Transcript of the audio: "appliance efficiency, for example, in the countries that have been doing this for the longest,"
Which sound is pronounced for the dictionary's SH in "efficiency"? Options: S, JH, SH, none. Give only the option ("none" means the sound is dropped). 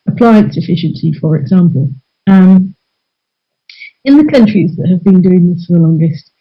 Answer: SH